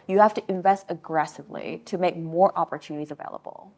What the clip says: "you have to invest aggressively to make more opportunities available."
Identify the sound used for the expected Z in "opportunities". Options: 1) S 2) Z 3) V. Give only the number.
2